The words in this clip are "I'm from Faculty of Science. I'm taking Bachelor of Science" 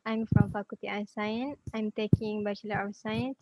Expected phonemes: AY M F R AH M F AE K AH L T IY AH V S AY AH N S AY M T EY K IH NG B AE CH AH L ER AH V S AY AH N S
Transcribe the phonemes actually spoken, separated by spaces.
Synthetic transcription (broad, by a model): AY M F R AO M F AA K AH T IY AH S AY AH N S AY M T EY K IH NG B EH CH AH L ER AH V S AY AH N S